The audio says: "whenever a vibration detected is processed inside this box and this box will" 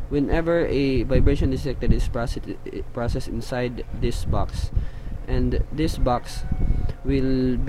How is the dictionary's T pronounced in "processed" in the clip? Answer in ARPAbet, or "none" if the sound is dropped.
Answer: none